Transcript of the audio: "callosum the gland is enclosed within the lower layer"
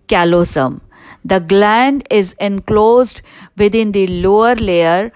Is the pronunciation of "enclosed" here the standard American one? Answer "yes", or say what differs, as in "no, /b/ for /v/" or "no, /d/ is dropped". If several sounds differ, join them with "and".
yes